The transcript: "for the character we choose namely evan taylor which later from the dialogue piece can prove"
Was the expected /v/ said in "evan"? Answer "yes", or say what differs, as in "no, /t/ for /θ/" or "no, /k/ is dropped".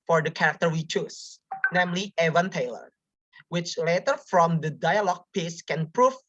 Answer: yes